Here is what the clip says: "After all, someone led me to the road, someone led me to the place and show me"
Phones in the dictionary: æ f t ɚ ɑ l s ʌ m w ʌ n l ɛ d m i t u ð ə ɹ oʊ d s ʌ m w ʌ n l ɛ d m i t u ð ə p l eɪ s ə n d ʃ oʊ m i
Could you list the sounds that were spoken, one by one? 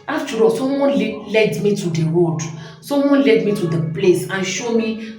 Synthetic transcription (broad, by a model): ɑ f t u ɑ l s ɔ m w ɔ n l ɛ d m i t u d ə w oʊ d s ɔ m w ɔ n l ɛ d m i t u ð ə p l eɪ s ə n ʃ oʊ m i